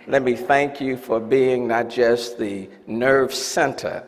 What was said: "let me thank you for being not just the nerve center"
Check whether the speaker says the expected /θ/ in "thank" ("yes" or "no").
yes